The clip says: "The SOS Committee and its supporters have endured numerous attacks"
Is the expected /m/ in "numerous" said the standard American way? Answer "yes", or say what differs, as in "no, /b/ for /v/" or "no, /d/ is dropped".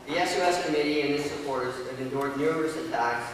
no, /m/ is dropped